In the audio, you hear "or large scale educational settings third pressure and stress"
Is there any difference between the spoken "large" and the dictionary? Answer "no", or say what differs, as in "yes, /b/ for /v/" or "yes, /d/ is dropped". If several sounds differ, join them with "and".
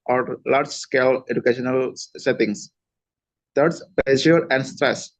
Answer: no